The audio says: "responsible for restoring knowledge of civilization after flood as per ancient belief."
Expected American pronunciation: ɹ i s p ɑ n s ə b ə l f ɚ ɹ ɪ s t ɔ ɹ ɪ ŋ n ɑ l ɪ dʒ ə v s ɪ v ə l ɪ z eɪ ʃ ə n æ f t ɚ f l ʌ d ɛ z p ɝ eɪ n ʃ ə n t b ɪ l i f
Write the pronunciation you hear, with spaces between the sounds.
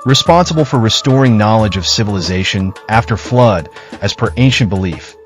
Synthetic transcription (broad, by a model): ɹ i s p ɑ n s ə b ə l f ɚ ɹ ɪ s t ɔ ɹ ɪ ŋ n ɑ l ɪ dʒ ə v s ɪ v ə l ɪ z eɪ ʃ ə n æ f t ɚ f l ʌ d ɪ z p ɝ eɪ n ʃ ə n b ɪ l i f